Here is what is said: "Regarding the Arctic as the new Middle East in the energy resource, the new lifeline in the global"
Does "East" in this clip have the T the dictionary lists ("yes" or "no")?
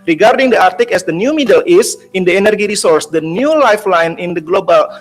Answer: no